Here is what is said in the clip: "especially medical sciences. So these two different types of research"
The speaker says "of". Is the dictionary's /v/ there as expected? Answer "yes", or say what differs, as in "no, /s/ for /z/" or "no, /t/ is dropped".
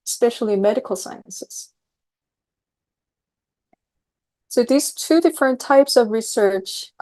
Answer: yes